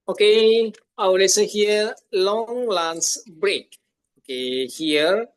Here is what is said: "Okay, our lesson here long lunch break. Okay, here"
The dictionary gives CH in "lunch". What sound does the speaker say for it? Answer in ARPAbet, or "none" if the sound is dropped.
S